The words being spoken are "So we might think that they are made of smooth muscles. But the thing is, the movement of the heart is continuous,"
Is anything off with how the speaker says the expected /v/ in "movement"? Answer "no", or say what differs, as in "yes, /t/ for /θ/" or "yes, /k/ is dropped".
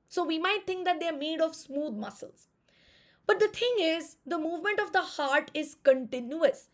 no